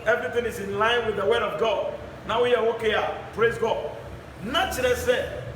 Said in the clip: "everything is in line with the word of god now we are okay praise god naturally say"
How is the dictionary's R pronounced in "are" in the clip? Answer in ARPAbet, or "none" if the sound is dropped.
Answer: W